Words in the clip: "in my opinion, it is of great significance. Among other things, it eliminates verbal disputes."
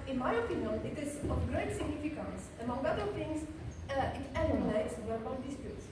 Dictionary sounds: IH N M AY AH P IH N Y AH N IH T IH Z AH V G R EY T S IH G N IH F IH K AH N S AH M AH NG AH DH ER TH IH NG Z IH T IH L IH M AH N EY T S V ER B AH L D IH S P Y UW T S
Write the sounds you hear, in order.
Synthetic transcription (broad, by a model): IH N M AY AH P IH N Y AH N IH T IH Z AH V G R EY T S IH G N IH F IH K AH N S AH M AH NG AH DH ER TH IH NG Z IH T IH N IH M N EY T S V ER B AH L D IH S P Y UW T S